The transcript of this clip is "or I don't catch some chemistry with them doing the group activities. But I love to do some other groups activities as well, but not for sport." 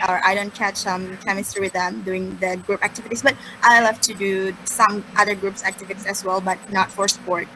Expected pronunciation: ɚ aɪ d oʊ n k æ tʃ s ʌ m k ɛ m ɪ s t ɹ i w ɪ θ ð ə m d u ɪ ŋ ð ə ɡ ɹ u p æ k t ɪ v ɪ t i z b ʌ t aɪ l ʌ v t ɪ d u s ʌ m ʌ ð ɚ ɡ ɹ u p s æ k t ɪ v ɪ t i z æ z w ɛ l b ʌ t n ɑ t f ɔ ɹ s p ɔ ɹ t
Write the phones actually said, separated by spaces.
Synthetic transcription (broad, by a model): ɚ aɪ d oʊ n k æ tʃ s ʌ m k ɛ m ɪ s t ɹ w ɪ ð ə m d u ɪ ŋ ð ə ɡ ɹ u p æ k t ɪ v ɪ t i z b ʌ t aɪ l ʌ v t ɪ d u s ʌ m ʌ ð ɚ ɡ ɹ u p s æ k t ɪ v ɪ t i s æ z w ɛ l b ʌ t n ɑ t f ɔ ɹ s p ɔ ɹ t